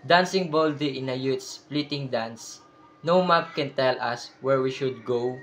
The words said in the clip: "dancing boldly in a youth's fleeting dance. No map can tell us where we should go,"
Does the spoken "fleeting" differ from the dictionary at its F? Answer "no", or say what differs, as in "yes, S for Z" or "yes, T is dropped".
yes, P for F